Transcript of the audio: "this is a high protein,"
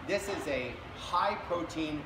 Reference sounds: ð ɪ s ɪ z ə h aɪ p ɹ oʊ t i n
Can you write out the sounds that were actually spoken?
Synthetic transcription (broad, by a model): ð ɪ s ɪ z ə h aɪ p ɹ oʊ t i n